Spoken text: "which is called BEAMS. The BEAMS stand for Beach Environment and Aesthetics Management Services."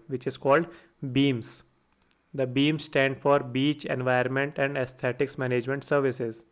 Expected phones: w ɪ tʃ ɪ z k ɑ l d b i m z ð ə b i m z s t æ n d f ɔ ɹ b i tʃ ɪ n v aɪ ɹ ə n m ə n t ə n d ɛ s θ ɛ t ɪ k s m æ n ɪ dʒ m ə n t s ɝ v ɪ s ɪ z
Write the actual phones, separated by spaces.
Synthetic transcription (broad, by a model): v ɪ tʃ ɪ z k ɑ l d b i m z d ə b i m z s t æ n d f ɔ ɹ b i tʃ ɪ n v aɪ ə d m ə n t ə n d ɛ s t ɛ t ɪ k s m æ n ɪ dʒ m ə n t s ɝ v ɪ s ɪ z